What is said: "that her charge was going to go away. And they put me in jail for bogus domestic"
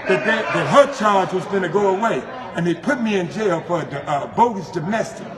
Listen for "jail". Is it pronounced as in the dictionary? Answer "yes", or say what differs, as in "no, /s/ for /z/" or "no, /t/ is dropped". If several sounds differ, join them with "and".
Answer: yes